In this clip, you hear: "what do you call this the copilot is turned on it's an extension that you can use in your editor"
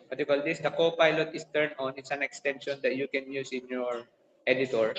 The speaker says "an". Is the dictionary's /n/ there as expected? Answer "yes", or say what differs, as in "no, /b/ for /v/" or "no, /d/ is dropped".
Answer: yes